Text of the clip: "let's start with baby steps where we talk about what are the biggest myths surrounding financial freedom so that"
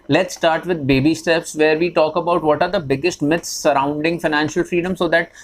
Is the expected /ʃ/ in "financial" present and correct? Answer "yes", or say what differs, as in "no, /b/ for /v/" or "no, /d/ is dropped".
yes